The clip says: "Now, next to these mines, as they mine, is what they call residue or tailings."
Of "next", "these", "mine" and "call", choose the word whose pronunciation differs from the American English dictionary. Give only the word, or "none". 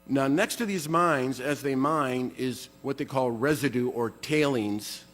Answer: none